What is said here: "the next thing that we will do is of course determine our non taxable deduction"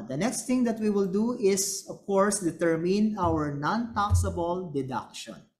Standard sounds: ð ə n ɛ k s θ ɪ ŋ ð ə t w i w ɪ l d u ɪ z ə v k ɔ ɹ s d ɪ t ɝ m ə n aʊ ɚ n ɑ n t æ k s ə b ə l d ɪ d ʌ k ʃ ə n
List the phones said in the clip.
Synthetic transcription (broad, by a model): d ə n ɛ k s t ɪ ŋ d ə t w i w ɪ l d u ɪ s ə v k ɔ ɹ s d ɪ t ɝ m ə n aʊ ɚ n ɑ n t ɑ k s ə b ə l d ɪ d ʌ k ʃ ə n